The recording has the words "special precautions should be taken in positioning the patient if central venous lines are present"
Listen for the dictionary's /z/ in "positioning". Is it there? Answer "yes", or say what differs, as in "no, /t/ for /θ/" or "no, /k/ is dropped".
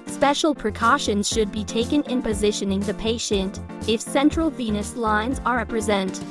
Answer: yes